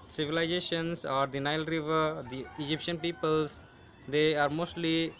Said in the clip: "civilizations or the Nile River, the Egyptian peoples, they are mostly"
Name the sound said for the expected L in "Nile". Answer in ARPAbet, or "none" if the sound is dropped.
L